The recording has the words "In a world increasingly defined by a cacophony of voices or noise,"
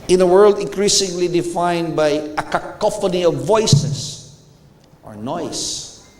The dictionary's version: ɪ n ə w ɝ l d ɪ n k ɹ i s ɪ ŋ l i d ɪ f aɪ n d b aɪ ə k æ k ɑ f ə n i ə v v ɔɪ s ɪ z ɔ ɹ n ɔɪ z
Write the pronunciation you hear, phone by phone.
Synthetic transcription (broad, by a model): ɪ n ə w ɝ l d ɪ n k ɹ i s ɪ ŋ l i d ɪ f aɪ n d b aɪ ə k æ k ɑ f ə n i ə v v ɔɪ s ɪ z ɔ ɹ n ɔɪ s